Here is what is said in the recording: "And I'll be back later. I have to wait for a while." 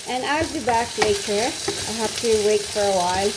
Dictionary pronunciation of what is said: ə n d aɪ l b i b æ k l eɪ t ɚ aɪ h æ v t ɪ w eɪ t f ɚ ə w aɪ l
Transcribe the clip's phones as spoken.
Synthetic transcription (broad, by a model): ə n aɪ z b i b æ k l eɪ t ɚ aɪ h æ p t ɪ w eɪ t f ɚ ə w aɪ l